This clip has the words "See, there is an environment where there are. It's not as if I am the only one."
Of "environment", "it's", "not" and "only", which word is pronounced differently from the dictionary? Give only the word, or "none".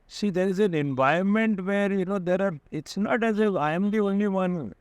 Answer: environment